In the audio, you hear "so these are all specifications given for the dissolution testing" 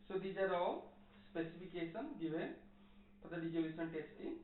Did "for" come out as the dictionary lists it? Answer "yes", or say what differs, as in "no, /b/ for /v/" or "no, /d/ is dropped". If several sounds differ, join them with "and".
no, /p/ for /f/